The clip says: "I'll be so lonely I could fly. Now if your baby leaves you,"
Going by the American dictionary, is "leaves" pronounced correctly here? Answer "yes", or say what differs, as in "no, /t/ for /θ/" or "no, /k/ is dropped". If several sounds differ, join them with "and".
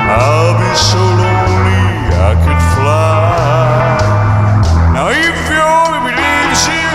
no, /v/ is dropped